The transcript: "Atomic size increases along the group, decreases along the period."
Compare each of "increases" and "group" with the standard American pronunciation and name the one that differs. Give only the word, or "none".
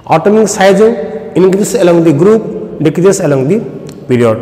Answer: increases